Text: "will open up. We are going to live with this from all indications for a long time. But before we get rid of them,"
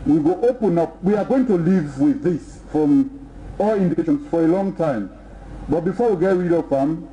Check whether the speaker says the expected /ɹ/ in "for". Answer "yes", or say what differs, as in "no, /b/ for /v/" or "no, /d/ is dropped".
yes